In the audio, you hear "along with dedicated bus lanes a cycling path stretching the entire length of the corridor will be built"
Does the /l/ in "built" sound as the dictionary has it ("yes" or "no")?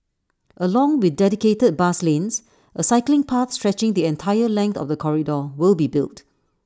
yes